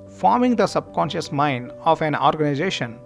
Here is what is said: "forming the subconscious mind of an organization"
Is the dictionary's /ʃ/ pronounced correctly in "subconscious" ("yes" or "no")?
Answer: yes